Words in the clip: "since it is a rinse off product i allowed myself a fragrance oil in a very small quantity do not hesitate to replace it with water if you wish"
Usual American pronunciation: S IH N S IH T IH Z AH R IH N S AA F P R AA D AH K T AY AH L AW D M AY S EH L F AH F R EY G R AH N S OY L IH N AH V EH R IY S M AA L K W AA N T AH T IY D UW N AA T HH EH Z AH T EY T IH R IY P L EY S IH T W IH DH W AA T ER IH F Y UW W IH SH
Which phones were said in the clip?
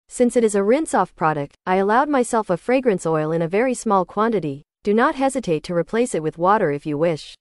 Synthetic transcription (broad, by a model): S IH N S IH T IH Z AH R IH N S AA F P R AA D AH K T AY AH L AW D M AY S EH L F AH F R EY G R AH N S OY L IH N AH V EH R IY S M AA L K W AA N T AH T IY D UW N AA T HH EH Z AH T EY T IH R IY P L EY S IH T W IH DH W AA T ER IH F Y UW W IH SH